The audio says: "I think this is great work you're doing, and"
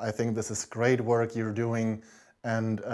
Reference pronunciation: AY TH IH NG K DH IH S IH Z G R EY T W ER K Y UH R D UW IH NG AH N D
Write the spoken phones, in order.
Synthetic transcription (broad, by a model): AY TH IH NG K DH IH S IH Z G R EY T W ER K Y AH R D UW IH NG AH N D